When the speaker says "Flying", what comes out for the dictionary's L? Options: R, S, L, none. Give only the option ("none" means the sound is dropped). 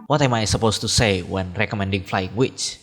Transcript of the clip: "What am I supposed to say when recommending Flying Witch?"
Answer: L